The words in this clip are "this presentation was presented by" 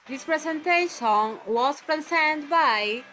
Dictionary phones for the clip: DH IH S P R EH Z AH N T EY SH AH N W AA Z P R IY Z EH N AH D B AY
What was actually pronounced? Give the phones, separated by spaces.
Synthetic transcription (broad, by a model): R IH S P R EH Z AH N T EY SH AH N W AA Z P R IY S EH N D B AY